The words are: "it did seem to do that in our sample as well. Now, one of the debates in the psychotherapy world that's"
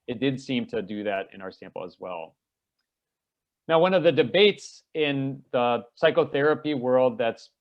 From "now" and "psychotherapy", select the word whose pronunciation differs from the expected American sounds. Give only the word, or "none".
none